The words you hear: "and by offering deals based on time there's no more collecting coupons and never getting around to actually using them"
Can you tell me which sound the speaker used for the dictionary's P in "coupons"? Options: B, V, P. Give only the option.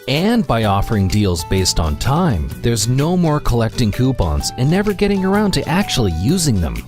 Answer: B